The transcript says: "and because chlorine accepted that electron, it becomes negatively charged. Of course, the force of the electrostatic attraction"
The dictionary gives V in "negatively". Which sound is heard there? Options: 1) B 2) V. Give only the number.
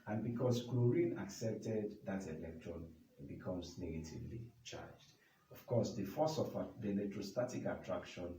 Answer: 2